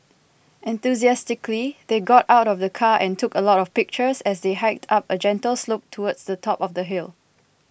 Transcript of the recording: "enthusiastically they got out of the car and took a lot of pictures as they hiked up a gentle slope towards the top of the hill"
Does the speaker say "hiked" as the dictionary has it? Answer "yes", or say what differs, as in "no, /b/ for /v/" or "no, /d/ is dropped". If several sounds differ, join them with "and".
yes